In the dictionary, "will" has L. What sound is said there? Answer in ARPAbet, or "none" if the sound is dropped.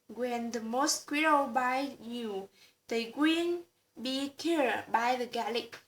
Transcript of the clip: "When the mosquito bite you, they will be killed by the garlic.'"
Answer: N